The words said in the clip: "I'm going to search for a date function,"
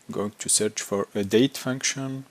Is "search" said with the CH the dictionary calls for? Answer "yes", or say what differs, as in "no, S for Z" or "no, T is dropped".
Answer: yes